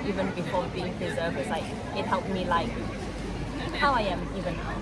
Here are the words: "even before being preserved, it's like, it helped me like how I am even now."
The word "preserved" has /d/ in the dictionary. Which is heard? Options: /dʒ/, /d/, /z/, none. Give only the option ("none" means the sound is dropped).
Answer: none